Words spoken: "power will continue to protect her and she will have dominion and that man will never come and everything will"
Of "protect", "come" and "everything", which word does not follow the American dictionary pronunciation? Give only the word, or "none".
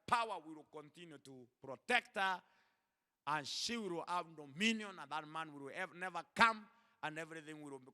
none